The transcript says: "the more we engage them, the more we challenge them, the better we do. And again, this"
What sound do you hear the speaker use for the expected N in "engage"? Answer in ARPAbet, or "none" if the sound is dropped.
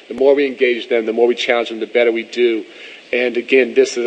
N